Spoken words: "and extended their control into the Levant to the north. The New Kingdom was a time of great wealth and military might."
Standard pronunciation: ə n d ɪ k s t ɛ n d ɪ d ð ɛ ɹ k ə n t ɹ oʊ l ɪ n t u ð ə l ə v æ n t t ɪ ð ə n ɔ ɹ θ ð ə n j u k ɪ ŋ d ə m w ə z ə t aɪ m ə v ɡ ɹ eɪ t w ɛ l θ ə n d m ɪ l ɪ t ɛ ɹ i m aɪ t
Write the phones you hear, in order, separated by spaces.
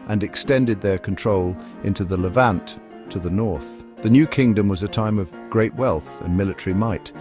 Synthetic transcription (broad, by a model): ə n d ɪ k s t ɛ n d ɪ d ð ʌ ɹ k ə n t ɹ oʊ l ɪ n t u ð ə l ə v æ n t t ɪ ð ə n ɔ ɹ θ ð ə n j u k ɪ ŋ d ə m w ə z ə t aɪ m ə v ɡ ɹ eɪ t w ɛ l θ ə n m ɪ l ɪ t ɛ ɹ i m aɪ t